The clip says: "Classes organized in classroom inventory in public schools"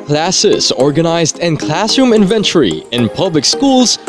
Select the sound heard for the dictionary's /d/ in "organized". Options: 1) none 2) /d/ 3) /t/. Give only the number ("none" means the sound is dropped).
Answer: 2